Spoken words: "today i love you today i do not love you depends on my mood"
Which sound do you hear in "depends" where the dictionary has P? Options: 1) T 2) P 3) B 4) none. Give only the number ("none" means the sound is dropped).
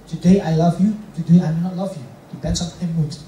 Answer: 3